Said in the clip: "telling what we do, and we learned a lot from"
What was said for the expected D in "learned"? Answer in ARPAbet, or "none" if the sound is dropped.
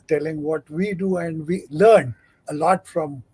none